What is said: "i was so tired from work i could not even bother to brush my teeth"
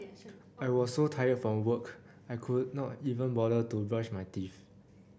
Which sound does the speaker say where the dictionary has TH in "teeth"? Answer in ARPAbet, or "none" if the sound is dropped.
F